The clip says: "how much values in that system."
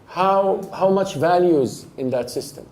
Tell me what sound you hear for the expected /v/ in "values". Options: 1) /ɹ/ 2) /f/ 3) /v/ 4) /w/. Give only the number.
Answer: 3